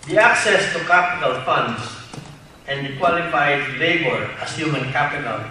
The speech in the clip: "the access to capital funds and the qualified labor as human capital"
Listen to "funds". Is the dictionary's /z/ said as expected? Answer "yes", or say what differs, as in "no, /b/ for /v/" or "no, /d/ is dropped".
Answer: no, /s/ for /z/